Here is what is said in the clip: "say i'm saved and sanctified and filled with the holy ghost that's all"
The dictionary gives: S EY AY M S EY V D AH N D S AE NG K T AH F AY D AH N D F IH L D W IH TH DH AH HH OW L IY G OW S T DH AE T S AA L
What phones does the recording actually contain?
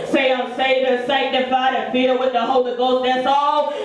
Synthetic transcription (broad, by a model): S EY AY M S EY D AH S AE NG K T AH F AY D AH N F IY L W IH DH AH HH OW L IY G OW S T DH AE T S AA L